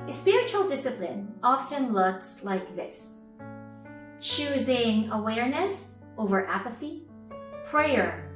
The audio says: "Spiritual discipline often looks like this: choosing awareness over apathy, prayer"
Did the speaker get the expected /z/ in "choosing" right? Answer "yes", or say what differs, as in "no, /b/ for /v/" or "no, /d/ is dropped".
yes